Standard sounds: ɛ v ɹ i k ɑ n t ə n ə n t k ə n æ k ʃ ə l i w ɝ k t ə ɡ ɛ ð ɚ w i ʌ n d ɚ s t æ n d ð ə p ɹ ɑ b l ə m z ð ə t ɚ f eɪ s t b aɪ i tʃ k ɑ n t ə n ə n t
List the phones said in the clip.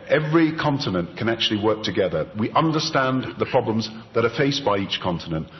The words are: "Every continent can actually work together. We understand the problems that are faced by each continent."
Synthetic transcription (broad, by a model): ɛ v ɹ i k ɑ n t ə n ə n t k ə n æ k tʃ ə l i w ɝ k t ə ɡ ɛ ð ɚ w i ʌ n d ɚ s t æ n ð ə p ɹ ɑ b l ə m z ð ə t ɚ f eɪ s b aɪ i tʃ k ɑ n t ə n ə n t